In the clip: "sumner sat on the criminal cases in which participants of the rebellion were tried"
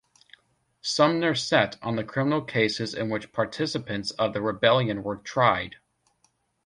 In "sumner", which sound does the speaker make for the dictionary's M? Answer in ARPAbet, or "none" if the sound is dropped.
M